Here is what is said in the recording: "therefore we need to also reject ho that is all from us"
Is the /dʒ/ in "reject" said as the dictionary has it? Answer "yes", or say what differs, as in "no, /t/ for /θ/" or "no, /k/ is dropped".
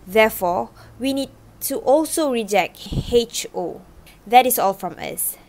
yes